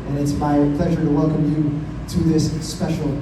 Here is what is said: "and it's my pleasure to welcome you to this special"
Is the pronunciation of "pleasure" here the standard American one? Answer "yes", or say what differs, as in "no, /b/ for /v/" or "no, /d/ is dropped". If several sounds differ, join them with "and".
yes